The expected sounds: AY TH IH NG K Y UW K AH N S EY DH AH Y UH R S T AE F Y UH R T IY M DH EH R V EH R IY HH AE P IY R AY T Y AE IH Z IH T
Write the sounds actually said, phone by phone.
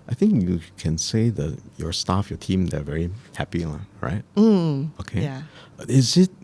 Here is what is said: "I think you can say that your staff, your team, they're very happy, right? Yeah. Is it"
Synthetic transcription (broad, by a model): AY TH IH NG K Y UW K AH N S EY DH AH Y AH R S T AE F Y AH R T IY M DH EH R V EH R IY HH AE P IY R AY T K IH IH Z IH T